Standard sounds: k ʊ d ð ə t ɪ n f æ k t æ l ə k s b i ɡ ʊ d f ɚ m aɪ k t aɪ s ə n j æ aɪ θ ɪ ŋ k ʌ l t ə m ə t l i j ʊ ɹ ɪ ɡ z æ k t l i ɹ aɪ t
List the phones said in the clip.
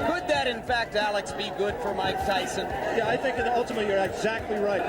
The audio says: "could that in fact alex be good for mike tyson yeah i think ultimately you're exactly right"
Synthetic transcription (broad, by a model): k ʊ d ð ə t ɪ n f æ k t æ l ə k s b i ɡ ʊ d f ɚ m aɪ k t aɪ s ə n j æ aɪ θ ɪ ŋ k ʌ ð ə ə t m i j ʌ ɹ ɪ ɡ z æ k t l i ɹ aɪ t